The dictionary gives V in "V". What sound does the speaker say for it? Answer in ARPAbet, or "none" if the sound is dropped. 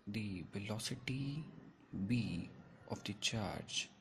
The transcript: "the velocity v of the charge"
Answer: B